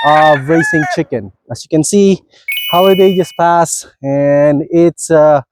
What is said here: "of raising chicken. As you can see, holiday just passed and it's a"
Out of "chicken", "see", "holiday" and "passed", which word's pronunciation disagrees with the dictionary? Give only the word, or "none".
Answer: passed